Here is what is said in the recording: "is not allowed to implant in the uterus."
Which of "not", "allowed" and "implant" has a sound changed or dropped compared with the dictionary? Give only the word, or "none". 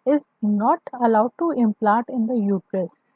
implant